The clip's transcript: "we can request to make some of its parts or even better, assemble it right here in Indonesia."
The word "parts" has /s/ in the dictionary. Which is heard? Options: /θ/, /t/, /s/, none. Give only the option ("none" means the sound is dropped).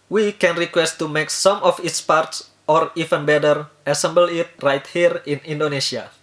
/s/